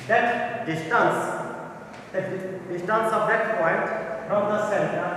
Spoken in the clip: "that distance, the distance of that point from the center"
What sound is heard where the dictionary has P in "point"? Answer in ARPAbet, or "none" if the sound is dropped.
P